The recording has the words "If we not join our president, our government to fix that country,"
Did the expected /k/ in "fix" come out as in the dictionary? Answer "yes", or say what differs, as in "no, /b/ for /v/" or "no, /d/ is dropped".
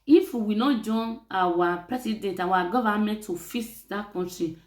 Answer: no, /k/ is dropped